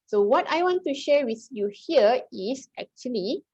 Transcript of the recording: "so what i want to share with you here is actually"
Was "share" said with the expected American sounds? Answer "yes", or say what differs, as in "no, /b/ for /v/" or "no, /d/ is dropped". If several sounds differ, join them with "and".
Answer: yes